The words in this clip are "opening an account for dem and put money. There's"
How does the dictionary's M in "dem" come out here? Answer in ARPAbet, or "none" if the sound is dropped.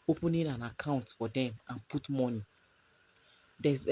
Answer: M